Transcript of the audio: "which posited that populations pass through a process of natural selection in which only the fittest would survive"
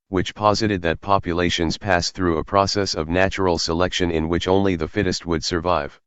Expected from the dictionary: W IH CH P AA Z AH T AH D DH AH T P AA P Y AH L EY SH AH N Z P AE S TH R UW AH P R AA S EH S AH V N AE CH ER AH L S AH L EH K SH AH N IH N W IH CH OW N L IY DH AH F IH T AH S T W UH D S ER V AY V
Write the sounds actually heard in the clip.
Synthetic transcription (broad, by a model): W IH CH P AA Z AH T AH D DH AH T P AA P Y AH L EY SH AH N Z P AE S TH R UW AH P R AA S EH S AH V N AE CH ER L S AH L EH K SH AH N IH N W IH CH OW N L IY DH AH F IH T AH S T W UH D S ER V AY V